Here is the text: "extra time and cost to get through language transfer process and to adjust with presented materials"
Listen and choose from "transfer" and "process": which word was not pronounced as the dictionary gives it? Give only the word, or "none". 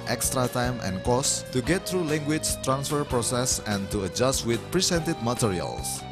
none